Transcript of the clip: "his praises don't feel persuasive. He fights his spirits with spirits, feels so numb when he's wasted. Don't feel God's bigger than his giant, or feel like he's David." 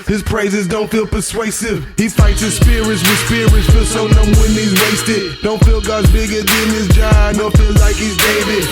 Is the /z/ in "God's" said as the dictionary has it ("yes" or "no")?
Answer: yes